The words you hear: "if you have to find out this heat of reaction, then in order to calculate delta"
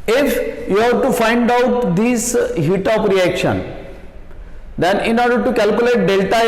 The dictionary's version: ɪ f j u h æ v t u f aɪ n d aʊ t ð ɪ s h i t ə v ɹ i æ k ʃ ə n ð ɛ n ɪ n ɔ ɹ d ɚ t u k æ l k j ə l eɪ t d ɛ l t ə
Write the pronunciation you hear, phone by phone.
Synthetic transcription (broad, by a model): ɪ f j u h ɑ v t u f aɪ n d aʊ t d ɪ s h i t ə p ɹ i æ k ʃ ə n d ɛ n ɪ n ɔ ɹ d ɚ t u k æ l k j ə l eɪ t d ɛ l t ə